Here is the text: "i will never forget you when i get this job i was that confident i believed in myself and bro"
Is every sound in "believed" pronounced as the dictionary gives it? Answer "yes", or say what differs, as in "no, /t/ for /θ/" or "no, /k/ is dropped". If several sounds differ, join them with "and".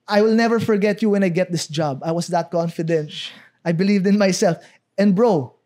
yes